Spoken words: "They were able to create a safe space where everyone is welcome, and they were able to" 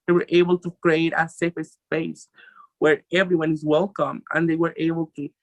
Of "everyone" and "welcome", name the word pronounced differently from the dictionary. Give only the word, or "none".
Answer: none